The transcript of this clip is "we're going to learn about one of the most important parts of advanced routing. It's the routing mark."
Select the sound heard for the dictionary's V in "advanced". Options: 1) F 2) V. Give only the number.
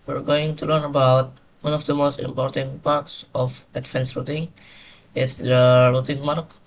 1